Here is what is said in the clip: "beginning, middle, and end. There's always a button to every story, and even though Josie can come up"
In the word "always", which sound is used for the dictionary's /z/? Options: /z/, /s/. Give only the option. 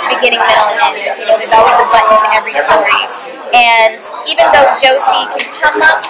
/z/